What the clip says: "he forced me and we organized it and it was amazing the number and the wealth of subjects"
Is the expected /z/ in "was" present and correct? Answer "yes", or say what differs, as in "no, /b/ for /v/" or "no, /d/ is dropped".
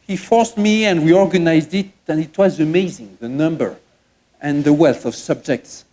yes